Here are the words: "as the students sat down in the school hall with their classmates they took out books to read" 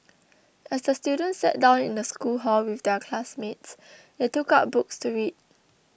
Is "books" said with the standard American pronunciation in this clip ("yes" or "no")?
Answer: yes